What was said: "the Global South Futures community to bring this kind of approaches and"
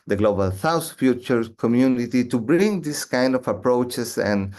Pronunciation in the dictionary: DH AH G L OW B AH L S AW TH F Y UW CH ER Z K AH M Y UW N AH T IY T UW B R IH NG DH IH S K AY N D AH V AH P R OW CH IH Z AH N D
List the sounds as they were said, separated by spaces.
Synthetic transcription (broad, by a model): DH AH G L OW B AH L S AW S F Y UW CH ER K AH M Y UW N AH T IY T UW B R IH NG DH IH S K AY N D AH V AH P R OW CH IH S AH N